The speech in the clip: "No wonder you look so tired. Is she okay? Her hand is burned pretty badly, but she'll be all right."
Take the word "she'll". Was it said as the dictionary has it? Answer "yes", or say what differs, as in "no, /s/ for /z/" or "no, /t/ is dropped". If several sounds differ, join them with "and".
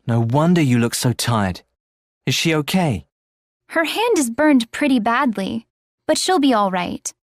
yes